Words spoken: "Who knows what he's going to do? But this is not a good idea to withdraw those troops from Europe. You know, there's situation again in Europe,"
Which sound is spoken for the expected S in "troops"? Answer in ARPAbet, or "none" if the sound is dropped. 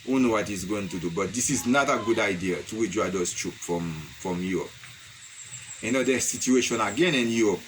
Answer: none